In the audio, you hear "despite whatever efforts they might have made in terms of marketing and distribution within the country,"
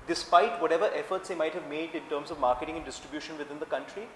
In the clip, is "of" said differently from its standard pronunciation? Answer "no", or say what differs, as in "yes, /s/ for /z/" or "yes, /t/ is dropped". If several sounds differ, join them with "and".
no